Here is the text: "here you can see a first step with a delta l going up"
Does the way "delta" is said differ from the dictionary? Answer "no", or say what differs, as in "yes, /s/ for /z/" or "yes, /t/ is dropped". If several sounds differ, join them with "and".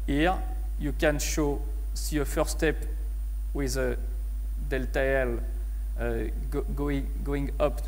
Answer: no